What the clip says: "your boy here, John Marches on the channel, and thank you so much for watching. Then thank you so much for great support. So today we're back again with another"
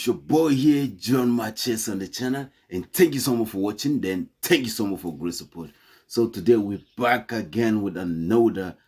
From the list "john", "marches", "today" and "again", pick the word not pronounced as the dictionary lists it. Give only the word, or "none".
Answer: marches